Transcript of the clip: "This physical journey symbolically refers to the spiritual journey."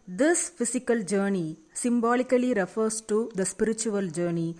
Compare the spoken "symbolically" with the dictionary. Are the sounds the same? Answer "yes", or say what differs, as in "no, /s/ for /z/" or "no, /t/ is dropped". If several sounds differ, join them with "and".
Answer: yes